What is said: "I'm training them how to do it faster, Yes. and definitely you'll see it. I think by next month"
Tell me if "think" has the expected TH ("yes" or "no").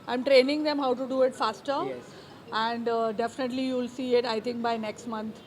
no